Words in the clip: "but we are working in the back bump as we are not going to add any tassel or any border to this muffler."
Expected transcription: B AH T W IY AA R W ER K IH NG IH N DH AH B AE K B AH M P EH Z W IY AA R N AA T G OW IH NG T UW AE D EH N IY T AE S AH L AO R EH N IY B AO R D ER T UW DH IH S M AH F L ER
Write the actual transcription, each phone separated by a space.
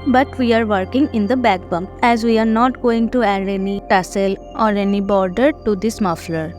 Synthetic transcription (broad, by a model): B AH T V IY AA R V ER K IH NG IH N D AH B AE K B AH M EH Z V IY AA R N AA T G OW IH NG T UW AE D EH N IY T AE S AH L AO R EH N IY B AO R D ER T UW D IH S M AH F L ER